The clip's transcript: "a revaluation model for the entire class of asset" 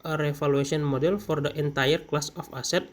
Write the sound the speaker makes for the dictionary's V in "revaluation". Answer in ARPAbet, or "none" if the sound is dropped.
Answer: F